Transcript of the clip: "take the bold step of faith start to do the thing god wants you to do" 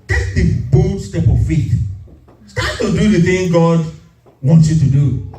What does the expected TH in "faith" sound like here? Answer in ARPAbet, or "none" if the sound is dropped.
T